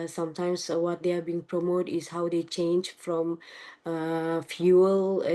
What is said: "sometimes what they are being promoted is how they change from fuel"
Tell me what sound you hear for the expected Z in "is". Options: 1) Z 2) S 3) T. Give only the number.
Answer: 2